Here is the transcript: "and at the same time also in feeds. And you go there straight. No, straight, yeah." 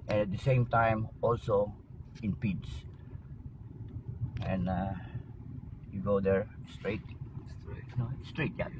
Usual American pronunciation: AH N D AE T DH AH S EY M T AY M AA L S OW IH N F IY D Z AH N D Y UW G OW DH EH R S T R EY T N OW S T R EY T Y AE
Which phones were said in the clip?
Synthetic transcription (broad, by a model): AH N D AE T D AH S EY M T AY M AA L S OW IH N P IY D S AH N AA Y UW G OW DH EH R S T R EY T N OW S T R EY T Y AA